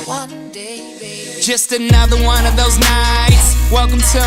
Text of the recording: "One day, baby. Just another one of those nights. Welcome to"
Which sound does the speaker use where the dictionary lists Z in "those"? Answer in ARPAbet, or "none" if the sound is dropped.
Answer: Z